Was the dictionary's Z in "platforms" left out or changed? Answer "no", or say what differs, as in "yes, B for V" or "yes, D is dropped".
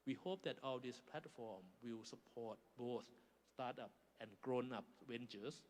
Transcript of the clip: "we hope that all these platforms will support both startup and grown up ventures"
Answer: yes, Z is dropped